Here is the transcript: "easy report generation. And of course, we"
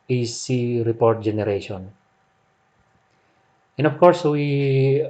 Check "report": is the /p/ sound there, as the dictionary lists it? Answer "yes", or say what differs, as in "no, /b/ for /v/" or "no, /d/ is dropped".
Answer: yes